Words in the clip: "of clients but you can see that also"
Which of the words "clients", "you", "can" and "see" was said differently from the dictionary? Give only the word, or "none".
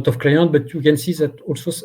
clients